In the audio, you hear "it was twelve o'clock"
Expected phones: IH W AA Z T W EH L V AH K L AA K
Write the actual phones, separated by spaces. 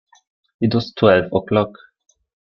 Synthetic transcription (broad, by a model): IH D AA S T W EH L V AH K L AA K